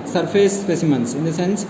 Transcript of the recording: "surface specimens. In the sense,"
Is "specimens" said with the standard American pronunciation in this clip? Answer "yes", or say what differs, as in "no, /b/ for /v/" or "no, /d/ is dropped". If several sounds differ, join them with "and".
no, /s/ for /z/